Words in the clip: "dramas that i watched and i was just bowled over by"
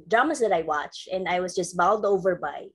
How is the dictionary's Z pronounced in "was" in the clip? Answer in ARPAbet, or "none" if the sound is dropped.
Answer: Z